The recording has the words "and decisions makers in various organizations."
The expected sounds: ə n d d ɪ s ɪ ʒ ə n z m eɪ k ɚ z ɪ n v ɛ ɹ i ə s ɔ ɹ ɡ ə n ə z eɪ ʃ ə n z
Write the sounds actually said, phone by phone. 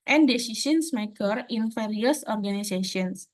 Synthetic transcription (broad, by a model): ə n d d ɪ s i s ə n s m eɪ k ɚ ɪ n f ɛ ɹ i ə s ɔ ɹ ɡ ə n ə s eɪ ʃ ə n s